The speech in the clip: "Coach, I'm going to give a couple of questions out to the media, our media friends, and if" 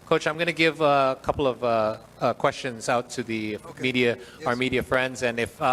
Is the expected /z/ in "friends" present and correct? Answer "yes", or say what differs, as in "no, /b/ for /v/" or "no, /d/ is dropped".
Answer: yes